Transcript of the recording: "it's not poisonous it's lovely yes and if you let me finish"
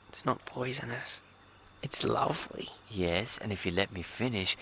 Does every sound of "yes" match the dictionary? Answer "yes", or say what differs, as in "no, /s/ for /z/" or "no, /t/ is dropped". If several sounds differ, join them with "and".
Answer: yes